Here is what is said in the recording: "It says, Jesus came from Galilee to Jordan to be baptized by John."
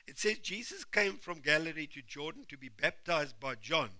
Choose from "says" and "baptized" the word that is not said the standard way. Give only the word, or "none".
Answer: none